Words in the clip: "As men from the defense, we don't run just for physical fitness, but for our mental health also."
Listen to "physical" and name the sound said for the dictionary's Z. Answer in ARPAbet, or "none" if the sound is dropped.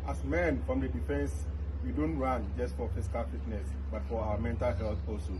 S